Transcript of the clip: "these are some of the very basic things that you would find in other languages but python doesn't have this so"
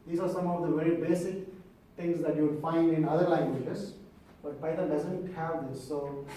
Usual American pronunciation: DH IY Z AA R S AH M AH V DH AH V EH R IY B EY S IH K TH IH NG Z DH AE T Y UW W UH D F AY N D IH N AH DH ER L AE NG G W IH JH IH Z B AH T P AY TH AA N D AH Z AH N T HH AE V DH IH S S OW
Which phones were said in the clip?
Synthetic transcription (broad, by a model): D IY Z AA R S AH M AH V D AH V EH R IY B EY S IH K T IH NG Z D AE T Y UW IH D F AY N D IH N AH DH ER L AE NG G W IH JH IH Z B AH T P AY T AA D AH Z AH N T HH AE V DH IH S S OW